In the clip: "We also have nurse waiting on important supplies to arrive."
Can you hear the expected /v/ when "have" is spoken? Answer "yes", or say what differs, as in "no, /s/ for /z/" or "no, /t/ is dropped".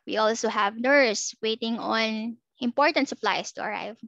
yes